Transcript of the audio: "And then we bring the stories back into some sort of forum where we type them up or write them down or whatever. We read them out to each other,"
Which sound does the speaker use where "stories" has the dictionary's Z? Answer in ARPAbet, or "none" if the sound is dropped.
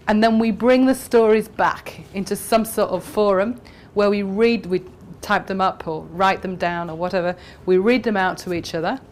Z